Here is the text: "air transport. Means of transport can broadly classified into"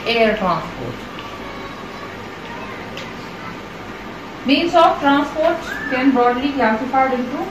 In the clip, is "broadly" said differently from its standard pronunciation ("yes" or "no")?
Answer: yes